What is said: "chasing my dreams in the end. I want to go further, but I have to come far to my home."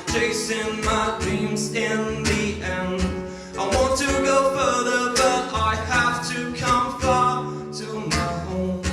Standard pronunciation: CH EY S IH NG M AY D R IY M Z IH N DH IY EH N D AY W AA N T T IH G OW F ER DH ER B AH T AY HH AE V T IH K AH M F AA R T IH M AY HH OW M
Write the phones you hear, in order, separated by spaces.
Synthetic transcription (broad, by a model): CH EY S IH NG M AY D R IY M Z IH N DH IY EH N AY W AA N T T IH G OW F ER DH ER B AH T AY HH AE F T IH K AH M F AA R T IH M AY HH OW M